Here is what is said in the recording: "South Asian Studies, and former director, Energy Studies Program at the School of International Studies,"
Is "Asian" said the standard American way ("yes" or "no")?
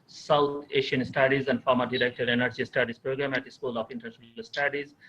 no